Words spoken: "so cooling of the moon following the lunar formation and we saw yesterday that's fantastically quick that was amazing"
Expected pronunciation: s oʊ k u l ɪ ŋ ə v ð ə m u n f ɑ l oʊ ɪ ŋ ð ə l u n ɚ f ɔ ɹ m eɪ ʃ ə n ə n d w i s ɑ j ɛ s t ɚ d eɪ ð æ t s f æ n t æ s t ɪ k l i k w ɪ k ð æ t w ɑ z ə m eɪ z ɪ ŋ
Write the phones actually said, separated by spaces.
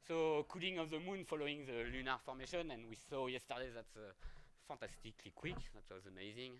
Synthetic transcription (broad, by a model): s oʊ k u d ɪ ŋ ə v ð ə m u n f ɑ l oʊ ɪ ŋ ð ə l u n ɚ f ɔ ɹ m eɪ ʃ ə n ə n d w i s ɑ j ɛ s t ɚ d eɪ ð æ t s f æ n t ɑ s t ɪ k l i k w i k ð æ t w ɑ z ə m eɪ z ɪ ŋ